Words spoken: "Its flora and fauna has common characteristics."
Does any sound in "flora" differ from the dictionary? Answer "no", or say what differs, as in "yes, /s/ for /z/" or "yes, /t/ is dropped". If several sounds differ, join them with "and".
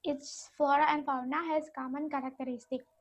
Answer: yes, /l/ is dropped